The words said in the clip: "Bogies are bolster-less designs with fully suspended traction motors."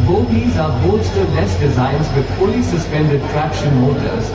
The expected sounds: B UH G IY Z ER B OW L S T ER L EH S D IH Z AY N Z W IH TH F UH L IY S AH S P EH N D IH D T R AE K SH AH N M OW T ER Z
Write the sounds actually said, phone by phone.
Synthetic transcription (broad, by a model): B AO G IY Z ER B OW S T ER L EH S D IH Z AY N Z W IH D F UH L IY S AH S P EH N D IH D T R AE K SH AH N M OW T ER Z